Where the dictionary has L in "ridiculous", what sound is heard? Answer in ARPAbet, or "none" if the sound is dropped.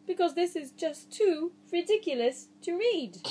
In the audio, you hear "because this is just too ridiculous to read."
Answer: L